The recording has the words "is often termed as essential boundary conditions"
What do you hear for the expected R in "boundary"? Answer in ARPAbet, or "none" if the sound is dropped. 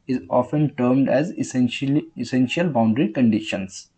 R